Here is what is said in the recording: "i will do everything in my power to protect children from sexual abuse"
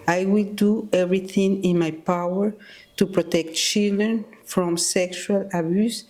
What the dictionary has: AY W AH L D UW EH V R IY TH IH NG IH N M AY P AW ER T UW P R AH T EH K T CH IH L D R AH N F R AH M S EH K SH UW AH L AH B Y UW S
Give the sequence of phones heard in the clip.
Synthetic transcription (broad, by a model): AY W AH L D UW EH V R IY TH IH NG IH N M AY P AW ER T UW P R AH T EH K T CH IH L D R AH N F R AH M S EH K SH UW AH L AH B Y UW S